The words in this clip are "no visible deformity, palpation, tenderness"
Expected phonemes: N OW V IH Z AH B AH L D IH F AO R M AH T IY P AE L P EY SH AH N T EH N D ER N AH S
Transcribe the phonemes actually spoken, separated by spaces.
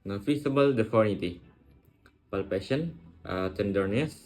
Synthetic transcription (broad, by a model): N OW F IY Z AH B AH L D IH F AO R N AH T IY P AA L P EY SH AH N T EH N D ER N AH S